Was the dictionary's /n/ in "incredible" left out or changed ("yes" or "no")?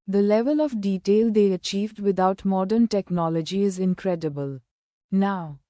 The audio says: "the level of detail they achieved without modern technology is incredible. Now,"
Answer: no